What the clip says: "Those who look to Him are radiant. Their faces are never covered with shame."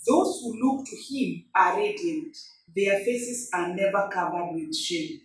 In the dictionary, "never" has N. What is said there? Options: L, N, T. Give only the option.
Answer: N